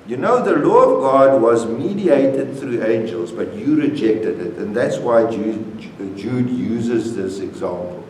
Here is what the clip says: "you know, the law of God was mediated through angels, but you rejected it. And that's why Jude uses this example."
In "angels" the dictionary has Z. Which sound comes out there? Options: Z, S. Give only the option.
Z